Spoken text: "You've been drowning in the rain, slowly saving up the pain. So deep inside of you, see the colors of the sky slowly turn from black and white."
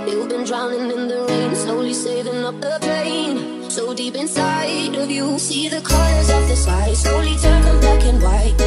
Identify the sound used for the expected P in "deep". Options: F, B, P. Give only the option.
P